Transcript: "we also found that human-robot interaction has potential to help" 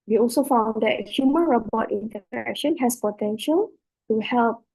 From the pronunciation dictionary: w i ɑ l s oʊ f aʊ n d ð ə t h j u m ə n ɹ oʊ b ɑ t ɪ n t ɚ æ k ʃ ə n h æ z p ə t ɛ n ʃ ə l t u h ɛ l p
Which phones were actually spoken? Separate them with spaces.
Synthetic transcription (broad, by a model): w i ɑ l s oʊ f aʊ n d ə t h j u m ə n ɹ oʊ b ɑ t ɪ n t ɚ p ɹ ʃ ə n h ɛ s p ə t ɛ n ʃ ə l t u h ɛ l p